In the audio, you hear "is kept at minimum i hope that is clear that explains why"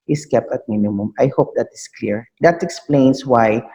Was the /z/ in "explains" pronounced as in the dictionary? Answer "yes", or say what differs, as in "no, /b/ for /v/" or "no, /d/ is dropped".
no, /s/ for /z/